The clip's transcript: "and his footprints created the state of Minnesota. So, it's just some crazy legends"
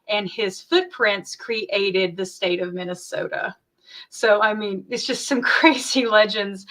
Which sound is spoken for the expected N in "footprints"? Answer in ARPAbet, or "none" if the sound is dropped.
N